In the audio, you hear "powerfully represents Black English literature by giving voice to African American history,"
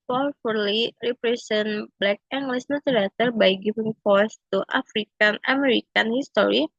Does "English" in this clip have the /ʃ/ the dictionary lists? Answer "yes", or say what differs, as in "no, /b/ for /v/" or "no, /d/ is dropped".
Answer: no, /s/ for /ʃ/